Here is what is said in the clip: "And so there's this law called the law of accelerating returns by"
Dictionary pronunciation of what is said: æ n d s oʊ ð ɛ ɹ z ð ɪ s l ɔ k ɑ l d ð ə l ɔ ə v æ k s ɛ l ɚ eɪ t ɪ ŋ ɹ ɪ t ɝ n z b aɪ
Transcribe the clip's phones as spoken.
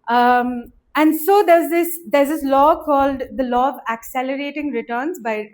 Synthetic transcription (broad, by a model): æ n d s oʊ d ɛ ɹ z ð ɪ s l ɔ k ɑ l d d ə l ɔ ə v æ k s ɛ l ɚ eɪ t ɪ ŋ ɹ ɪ t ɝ n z b aɪ